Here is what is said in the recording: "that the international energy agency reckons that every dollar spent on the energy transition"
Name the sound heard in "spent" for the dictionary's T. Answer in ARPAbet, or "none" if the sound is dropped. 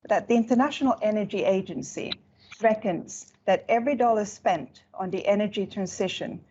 T